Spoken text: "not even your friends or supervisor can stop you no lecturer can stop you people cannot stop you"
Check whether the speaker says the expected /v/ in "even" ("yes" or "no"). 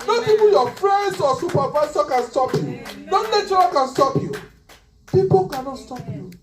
no